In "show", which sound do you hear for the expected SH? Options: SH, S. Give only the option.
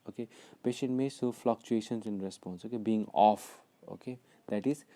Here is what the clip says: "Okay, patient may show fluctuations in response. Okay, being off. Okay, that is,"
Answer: S